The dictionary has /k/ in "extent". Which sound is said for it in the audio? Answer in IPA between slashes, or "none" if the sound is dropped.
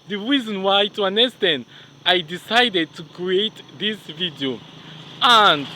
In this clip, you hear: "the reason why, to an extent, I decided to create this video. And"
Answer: none